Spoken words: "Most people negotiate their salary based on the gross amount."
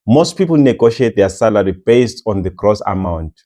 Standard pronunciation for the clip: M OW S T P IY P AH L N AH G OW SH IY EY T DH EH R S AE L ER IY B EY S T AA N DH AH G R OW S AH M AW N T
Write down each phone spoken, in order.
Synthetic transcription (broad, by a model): M OW S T P IY P AH L N AH G OW SH IY EY T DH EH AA S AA L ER IY B EY S T AA N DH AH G R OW S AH M AW N T